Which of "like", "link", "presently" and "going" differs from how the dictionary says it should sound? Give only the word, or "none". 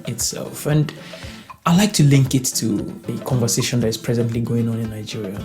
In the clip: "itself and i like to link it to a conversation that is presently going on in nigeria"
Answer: none